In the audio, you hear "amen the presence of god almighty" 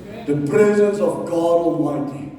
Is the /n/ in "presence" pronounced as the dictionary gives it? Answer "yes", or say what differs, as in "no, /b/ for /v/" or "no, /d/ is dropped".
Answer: yes